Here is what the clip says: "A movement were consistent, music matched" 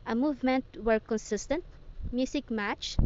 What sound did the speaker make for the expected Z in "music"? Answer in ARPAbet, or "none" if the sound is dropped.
S